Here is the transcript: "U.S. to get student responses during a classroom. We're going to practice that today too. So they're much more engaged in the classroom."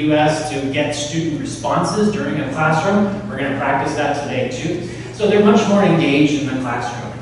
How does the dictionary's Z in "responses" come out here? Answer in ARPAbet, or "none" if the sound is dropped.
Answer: Z